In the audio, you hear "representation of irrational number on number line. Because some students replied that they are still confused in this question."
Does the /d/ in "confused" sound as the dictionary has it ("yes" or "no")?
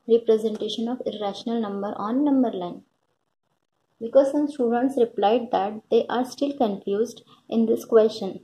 yes